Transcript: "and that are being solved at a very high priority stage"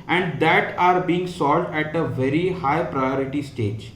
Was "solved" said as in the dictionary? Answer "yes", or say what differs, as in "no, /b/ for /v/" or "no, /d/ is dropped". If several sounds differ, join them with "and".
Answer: no, /v/ is dropped